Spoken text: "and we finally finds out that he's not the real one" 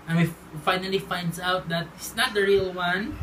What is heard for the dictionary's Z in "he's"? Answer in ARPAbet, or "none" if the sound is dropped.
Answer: S